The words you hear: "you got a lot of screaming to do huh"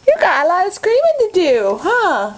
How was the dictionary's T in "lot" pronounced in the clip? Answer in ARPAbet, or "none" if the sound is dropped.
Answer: none